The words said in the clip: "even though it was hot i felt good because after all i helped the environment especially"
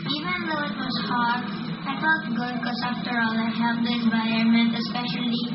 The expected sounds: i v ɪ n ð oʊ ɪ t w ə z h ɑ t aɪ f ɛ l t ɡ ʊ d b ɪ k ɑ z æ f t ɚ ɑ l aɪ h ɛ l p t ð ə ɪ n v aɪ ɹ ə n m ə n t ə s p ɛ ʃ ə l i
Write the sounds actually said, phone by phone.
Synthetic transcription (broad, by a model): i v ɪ n ð oʊ ɪ t w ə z h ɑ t aɪ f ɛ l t ɡ ʊ d k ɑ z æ f t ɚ ɑ l aɪ h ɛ l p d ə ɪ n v aɪ ə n m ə n t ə s p ɛ ʃ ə l i